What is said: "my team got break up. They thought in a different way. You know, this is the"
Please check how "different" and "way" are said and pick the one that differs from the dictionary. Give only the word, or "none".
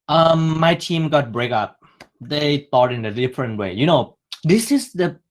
none